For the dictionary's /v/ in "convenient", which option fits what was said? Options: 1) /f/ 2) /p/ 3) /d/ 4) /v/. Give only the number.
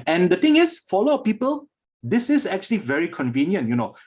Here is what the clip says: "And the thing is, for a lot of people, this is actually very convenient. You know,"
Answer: 4